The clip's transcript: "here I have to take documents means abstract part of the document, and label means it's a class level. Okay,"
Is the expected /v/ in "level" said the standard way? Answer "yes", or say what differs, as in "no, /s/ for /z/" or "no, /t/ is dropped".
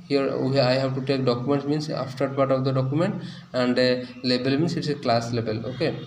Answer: no, /b/ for /v/